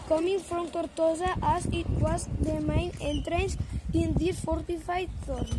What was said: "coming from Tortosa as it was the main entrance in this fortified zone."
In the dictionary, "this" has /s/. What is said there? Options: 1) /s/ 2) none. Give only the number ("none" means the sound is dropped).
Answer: 2